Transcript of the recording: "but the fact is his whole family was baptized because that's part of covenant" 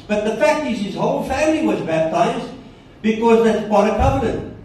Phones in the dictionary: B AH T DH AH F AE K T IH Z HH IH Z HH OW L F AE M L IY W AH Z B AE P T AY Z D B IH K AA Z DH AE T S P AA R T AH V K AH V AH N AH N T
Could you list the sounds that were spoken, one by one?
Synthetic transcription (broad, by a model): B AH T DH AH F AE K T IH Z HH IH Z HH OW L F AE M L IY W AH Z B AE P T AY Z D B IH K AA Z DH AE T S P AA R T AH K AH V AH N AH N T